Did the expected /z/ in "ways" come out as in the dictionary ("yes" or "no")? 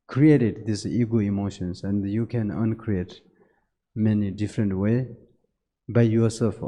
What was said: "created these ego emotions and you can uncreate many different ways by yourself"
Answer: no